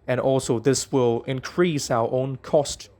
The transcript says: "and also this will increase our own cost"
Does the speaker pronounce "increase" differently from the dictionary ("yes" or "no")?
no